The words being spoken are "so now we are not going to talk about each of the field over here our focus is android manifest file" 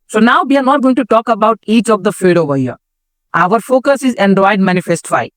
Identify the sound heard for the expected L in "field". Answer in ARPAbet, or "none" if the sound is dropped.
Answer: none